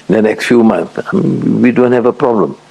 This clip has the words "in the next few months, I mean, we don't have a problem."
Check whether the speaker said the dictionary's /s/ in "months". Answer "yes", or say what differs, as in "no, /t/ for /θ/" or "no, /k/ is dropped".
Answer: no, /s/ is dropped